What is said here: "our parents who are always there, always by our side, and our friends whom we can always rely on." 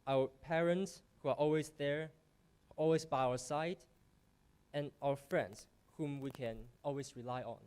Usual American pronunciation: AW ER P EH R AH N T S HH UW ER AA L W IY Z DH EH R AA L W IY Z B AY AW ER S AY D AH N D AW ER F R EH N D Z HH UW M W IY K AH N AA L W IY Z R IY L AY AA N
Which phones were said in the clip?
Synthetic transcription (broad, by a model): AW ER P EH R AH N T S HH UW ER AA L W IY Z DH EH R AA L W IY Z B AY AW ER S AY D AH N AW ER F R EH N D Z HH UW M W IY K AH N AA L W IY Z R IY L AY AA N